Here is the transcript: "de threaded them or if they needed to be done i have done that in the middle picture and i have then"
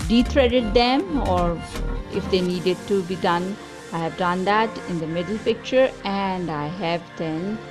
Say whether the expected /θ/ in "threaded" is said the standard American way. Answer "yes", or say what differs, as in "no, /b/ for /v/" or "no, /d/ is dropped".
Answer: no, /t/ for /θ/